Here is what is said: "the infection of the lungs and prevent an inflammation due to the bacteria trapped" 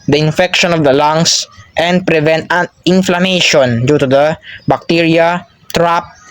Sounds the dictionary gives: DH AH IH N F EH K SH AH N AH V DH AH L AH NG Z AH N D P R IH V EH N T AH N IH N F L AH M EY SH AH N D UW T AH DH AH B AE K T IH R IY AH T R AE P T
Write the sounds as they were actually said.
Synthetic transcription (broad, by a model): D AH IH N F EH K SH AH N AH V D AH L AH NG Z AH N D P R IH V EH N T AH N IH N F L AH M EY SH AH N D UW T AH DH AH B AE K T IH R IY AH T R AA P